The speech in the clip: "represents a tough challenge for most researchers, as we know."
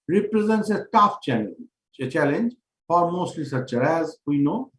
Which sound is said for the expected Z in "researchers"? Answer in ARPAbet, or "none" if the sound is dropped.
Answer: none